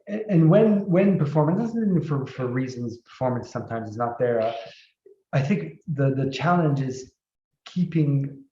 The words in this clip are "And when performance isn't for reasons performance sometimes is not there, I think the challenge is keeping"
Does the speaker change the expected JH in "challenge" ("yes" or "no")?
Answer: no